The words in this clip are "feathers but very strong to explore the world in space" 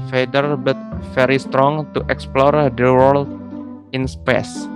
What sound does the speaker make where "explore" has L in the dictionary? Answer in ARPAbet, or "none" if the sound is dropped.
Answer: L